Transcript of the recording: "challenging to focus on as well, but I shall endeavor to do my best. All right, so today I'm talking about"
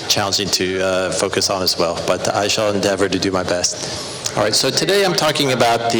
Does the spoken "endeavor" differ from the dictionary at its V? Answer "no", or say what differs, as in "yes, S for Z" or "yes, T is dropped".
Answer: no